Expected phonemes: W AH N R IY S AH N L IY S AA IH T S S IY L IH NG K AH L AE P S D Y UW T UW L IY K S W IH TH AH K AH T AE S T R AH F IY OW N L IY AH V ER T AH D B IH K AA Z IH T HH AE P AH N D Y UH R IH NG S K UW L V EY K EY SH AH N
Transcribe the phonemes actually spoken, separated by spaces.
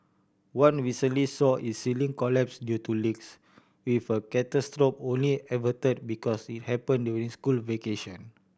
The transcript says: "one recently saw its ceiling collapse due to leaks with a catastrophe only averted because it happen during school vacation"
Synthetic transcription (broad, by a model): W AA N W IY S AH L IY S AA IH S S IY L IH NG K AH L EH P S D Y UW T UW L IY K S W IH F AH K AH T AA S T R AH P OW N L IY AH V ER T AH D B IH K AA S IH T HH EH P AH N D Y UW R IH NG S K UW L V EY K EY SH AH N